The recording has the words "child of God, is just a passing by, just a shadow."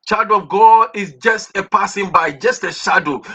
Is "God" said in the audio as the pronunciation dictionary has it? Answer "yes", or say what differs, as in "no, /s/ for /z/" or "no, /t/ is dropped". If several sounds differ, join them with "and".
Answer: no, /d/ is dropped